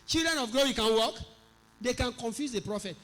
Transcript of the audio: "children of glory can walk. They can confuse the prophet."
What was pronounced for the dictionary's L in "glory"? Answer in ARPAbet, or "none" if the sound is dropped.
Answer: none